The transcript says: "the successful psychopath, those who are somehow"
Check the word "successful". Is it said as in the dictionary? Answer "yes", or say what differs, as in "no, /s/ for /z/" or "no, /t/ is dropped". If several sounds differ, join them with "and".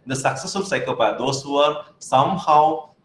no, /f/ is dropped